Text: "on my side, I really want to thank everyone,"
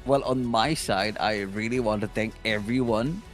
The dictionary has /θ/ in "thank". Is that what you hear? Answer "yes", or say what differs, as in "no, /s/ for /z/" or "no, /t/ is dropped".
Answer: no, /t/ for /θ/